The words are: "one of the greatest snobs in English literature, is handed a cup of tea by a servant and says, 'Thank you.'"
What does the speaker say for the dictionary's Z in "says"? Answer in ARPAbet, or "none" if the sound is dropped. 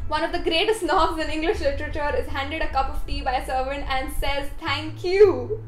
Z